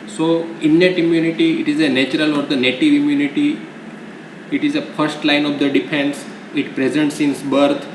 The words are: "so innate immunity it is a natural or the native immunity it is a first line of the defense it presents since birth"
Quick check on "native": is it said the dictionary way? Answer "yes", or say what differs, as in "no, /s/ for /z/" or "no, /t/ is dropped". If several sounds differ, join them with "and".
yes